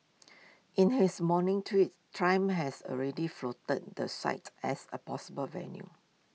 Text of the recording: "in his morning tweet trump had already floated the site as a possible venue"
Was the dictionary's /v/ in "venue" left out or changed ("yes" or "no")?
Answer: no